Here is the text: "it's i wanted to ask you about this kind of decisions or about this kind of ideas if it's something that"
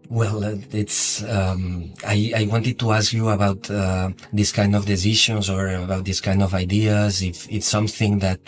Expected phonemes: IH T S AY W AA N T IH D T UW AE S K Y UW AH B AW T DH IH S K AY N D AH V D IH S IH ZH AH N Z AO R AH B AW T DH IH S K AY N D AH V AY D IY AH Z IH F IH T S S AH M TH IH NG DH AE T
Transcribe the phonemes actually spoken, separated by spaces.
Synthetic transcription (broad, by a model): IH T S AY W AA N T IH D T UW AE S K Y UW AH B AW T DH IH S K AY N D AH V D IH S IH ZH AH N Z AO R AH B AW T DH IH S K AY N D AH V AY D IY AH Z IH F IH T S S AH M TH IH NG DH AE T